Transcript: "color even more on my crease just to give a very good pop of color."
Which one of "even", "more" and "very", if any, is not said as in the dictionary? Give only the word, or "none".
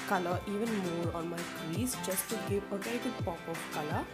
very